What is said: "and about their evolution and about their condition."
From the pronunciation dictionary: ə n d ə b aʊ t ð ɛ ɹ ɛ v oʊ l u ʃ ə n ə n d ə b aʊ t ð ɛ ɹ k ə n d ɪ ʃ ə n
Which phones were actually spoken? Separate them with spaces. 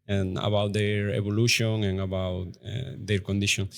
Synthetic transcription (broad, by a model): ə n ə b aʊ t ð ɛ ɹ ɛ b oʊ l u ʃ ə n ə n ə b aʊ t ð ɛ ɹ k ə n d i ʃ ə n